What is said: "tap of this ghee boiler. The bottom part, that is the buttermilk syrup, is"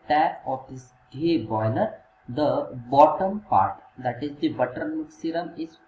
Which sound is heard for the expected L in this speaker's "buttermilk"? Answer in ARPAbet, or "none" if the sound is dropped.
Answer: none